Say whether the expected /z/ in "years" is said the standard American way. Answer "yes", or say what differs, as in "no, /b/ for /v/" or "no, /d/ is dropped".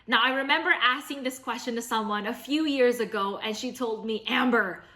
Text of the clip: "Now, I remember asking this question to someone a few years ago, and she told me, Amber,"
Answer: yes